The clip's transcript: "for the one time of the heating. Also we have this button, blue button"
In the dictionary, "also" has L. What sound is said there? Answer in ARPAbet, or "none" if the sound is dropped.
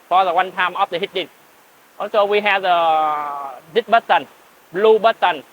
none